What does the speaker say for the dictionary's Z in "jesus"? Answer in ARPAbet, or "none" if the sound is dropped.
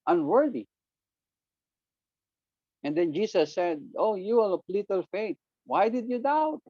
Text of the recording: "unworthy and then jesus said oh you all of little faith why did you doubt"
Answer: S